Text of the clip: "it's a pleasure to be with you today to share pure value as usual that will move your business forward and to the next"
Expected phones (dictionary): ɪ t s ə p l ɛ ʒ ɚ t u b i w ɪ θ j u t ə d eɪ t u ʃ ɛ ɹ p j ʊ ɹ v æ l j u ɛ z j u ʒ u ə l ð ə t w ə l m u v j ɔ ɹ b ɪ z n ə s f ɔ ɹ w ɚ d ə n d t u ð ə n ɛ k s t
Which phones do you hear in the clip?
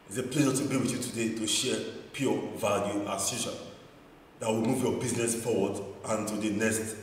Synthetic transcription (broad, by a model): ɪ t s ə p l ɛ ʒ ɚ t u b i w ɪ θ j u t ə d eɪ t u ʃ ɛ p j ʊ v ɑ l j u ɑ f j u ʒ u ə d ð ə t w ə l m u v j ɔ b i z n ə s f ɔ w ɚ d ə n t u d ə n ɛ s t